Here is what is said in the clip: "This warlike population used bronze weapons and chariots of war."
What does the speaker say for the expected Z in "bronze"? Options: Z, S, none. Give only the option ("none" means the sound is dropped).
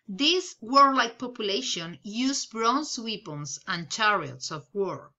S